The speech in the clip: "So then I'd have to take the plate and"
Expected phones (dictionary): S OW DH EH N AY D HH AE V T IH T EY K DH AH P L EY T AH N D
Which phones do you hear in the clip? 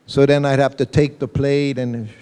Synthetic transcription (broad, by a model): S OW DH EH N AY HH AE F T IH T EY K DH AH P L EY T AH N